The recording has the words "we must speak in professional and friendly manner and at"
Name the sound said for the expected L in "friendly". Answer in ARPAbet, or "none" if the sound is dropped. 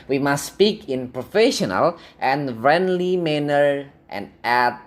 L